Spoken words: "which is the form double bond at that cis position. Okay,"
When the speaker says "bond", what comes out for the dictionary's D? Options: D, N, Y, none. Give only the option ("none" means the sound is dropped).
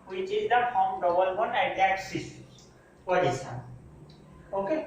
none